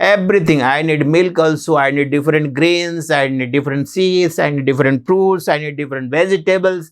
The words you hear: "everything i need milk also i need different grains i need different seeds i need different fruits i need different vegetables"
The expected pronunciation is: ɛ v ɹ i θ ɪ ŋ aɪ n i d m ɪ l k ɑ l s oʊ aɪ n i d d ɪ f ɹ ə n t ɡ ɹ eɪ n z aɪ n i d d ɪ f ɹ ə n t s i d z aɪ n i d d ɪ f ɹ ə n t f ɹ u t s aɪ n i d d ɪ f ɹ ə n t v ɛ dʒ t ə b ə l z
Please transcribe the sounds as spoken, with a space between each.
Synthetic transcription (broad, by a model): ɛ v ɹ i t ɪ ŋ aɪ n i d m ɪ l k ɑ l s oʊ aɪ n i d d ɪ f ɹ ə n t ɡ ɹ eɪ n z aɪ n i d d ɪ f ɹ ə n t s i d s aɪ n i d d ɪ f ɹ ə n t p ɹ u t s aɪ n i d d ɪ f ɹ ə n t v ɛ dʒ t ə b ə l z